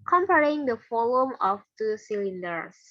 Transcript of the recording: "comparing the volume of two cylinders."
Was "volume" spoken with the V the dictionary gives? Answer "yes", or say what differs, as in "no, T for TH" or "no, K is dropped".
no, F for V